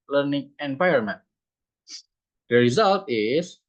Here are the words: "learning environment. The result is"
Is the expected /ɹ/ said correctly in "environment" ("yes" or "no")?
no